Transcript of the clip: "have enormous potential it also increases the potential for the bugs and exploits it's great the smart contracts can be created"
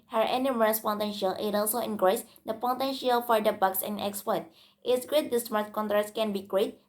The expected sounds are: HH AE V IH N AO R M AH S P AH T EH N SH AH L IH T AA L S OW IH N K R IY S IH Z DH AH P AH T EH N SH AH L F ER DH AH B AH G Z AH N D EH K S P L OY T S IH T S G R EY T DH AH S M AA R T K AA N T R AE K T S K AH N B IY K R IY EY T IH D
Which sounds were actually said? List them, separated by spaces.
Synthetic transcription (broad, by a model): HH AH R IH N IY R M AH S P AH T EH N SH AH L IH T AA L S OW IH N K R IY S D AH P AH T EH N SH AH L F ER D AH B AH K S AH N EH K S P OY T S IH T S G R EY T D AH S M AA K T K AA N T R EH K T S K AH N B IY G R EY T